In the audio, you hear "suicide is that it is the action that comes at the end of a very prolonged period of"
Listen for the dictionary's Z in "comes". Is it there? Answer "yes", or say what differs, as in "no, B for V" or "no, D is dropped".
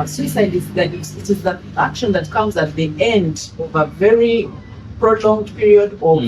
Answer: yes